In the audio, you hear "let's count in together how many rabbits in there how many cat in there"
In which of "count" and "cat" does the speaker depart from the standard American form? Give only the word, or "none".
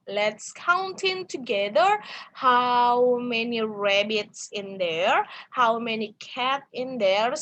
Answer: none